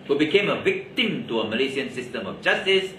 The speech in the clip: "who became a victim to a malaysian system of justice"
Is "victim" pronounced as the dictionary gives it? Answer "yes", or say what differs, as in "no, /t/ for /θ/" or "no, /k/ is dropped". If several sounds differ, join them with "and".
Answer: yes